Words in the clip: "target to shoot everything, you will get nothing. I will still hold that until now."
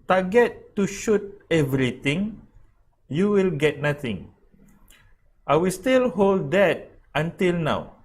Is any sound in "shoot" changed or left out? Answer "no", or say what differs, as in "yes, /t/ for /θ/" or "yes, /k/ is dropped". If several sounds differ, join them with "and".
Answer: no